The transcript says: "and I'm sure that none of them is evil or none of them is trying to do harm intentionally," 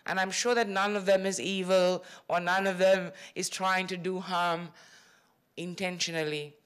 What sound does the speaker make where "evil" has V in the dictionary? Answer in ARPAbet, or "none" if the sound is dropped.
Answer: V